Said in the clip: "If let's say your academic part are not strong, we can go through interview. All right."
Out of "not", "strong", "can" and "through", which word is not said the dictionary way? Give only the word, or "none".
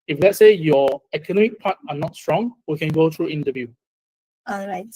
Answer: through